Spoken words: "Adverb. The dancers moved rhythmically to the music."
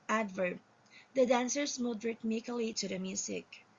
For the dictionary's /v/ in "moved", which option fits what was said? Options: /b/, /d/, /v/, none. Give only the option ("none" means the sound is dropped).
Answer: none